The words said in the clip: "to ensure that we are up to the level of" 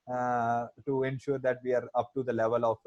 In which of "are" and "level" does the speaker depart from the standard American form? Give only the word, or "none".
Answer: none